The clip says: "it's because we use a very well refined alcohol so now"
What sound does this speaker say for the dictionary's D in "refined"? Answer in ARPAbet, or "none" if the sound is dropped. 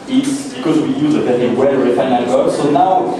none